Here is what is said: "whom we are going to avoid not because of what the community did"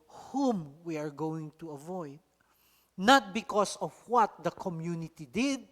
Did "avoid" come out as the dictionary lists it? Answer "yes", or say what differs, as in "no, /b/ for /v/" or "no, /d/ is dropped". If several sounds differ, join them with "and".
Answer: yes